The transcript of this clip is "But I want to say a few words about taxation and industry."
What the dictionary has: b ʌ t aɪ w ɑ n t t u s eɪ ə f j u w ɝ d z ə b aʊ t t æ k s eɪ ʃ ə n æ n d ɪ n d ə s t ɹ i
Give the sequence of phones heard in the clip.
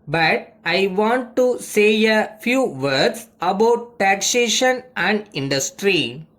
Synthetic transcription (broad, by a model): b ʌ t aɪ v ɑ n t t u s eɪ ə f j u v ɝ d s ə b aʊ t t æ k s eɪ ʃ ə n æ n d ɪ n d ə s t ɹ i